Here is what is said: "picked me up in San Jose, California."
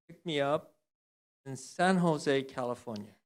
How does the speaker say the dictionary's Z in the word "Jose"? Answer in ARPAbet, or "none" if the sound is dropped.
Z